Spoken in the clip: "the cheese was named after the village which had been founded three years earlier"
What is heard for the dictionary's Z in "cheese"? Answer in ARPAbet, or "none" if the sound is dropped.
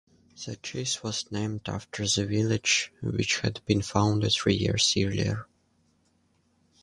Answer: S